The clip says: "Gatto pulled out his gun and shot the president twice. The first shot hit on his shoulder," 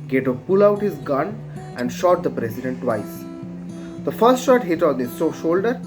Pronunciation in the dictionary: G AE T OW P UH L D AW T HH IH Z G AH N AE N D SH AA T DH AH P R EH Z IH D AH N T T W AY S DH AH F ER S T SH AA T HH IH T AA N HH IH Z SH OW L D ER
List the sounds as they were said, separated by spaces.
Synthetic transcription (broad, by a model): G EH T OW P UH L AW T HH IH Z G AH N AE N D SH AA T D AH P R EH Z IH D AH N T T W AY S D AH F ER S T SH AA T HH IH T AA N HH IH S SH OW L D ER